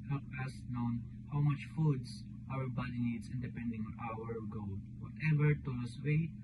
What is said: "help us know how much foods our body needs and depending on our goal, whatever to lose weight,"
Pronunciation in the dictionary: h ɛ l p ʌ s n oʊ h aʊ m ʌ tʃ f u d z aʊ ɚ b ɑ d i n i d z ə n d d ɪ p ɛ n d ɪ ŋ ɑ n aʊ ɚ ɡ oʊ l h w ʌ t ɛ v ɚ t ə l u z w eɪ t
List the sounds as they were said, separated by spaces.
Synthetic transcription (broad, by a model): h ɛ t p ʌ s n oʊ h aʊ m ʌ tʃ f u d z aʊ ɚ b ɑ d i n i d s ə n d d ɪ p ɛ n d ɪ ŋ ɑ n aʊ ɚ ɡ oʊ l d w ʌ t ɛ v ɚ t ə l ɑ s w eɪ